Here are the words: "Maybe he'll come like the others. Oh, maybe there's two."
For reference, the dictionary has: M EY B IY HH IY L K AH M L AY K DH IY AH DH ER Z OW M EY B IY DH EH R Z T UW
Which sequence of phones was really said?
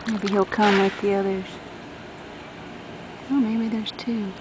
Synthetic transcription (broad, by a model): M EY B IY HH IY L K AH M W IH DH DH IY AH DH ER Z OW M EY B IY DH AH R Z T UW